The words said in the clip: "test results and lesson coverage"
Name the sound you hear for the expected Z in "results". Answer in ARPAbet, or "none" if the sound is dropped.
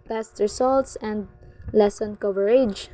S